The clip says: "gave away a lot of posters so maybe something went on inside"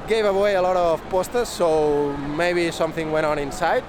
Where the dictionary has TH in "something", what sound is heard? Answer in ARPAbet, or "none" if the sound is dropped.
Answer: TH